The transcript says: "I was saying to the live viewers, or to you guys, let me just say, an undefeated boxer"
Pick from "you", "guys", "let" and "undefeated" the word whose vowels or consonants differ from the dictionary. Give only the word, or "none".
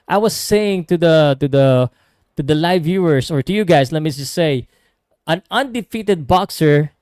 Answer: guys